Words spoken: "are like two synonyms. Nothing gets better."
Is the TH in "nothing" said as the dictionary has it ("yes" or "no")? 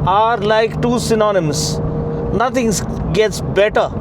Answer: no